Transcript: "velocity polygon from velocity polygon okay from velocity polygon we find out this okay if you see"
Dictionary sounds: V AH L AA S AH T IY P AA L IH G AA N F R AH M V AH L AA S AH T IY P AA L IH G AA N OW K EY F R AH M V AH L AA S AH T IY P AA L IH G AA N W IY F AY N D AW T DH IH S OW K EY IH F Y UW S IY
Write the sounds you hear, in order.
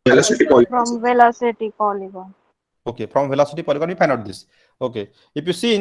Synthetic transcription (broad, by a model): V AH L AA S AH T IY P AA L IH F R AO M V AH L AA S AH T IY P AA L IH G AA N OW K EY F R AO M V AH L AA S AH T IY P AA L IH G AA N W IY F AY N AW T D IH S OW K EY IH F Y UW S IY